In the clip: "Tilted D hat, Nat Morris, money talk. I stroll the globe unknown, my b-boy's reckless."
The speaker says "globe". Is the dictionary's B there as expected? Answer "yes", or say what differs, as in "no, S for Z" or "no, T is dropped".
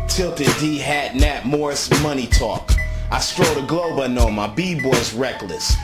yes